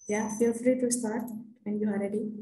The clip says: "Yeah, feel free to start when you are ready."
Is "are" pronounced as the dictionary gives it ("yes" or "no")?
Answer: no